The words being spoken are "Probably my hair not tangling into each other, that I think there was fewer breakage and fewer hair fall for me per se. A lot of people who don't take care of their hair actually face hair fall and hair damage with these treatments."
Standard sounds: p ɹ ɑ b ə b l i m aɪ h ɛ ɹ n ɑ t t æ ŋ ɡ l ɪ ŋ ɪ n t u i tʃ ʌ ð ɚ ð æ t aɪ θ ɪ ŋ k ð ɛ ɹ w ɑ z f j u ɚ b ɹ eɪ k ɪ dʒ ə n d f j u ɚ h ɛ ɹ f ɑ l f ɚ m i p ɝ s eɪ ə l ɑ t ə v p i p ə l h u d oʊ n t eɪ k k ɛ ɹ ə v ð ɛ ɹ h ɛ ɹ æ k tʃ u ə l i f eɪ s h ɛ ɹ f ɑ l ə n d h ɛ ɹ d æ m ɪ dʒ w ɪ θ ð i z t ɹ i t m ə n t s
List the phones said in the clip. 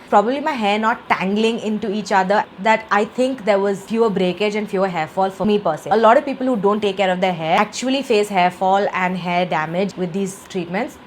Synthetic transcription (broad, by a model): p ɹ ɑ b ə b l i m aɪ h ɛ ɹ n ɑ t t æ ŋ ɡ l ɪ ŋ ɪ n t u i tʃ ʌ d ɚ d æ t aɪ t ɪ ŋ k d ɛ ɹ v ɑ z f j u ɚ b ɹ eɪ k ɪ dʒ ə n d f j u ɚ h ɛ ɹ f ɑ l f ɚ m i p ɝ s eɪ ə l ɑ t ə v p i p ə l h u d oʊ n t eɪ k k ɛ ɹ ə v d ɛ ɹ h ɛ æ k tʃ u ə l i f eɪ s h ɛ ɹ f ɑ l ə n d h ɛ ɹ d æ m ɪ dʒ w ɪ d i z t ɹ i t m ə n t s